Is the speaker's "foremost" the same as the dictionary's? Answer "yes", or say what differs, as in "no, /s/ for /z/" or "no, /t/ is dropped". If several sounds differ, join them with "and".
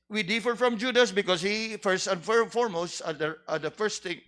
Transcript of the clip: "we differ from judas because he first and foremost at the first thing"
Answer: yes